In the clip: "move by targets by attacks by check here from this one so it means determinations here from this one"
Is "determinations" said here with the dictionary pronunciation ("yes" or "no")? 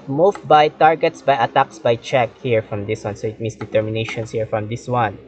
no